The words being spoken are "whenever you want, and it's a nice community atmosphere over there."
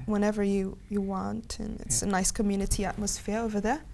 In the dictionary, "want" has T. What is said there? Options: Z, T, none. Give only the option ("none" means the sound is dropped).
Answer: T